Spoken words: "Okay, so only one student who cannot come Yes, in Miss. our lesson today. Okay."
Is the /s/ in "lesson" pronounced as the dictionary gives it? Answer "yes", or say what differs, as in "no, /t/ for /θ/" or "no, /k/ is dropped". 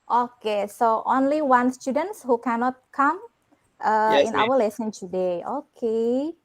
yes